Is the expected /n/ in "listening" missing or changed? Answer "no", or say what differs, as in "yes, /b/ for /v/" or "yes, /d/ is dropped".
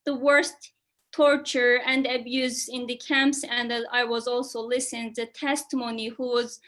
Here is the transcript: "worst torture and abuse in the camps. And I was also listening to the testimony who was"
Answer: yes, /n/ is dropped